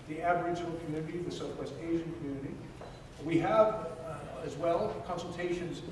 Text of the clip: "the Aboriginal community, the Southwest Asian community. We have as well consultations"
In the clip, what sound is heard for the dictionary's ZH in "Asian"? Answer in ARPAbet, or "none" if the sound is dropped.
ZH